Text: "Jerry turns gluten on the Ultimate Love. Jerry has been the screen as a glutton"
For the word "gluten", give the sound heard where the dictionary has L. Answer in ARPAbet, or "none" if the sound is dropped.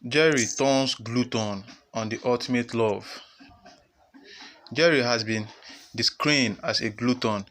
L